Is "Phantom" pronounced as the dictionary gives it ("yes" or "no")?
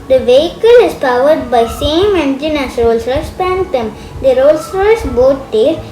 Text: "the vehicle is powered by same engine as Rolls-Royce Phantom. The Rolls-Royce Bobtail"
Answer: no